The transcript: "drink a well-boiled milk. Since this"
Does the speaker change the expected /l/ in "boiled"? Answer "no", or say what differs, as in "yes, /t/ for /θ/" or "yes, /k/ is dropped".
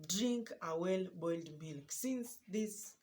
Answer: no